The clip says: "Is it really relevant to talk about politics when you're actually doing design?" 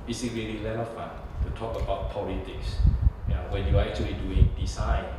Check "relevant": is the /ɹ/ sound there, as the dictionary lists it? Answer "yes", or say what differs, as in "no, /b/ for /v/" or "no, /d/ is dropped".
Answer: no, /l/ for /ɹ/